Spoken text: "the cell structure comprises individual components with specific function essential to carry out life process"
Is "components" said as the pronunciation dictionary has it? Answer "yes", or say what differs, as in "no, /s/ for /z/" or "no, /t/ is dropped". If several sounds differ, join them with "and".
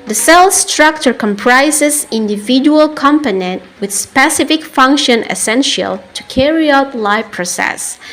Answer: no, /s/ is dropped